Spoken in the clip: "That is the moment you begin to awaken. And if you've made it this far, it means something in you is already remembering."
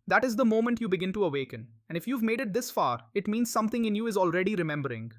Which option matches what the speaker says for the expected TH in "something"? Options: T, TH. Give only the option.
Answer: T